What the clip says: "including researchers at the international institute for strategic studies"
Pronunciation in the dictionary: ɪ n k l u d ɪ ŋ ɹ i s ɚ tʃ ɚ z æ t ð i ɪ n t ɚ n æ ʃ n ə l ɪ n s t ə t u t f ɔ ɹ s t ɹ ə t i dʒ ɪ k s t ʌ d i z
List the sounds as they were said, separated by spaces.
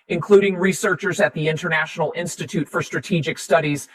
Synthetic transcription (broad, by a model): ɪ n k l u d ɪ ŋ ɹ i s ɚ tʃ ɚ z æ t ð i ɪ n t ɚ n æ ʃ n l ɪ n s t ə t u t f ɔ ɹ s t ɹ ə t i dʒ ɪ k s t ʌ d i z